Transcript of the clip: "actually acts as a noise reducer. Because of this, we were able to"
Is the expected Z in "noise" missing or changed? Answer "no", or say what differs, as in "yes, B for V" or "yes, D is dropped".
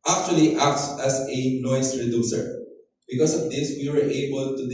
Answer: yes, S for Z